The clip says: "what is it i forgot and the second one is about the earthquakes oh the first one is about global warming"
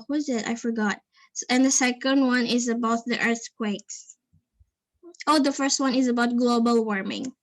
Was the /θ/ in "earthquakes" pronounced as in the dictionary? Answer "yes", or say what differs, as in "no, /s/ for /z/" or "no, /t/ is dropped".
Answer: yes